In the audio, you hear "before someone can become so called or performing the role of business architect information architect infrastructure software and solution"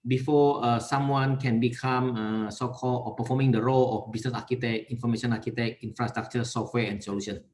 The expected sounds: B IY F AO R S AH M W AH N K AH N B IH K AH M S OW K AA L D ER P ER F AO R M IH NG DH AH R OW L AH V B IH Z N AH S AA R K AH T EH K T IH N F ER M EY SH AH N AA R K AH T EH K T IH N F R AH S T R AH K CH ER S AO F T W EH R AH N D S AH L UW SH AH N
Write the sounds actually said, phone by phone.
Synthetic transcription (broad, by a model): B IY F AO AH S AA M W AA N K AH N B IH K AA M S OW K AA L AO P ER F AO M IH NG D AH R OW L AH F B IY S N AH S AA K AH T EH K IY N F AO M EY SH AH N AA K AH T EH K IY N F R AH S T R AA K CH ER S AO F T W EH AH N S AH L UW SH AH N